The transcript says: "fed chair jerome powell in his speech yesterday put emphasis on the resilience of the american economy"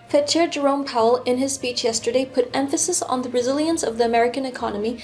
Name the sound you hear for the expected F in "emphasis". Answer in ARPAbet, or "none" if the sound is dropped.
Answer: F